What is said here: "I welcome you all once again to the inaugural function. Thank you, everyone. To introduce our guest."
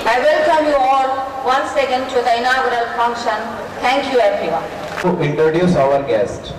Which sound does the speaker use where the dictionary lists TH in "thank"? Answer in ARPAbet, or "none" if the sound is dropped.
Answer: T